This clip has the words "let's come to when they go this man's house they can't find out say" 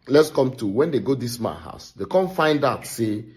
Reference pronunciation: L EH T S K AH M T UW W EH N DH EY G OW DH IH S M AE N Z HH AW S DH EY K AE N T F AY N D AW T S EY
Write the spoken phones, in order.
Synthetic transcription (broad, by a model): L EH T S K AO M T UW W EH N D EY G OW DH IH S M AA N HH AW S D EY K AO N F AY N D AW T S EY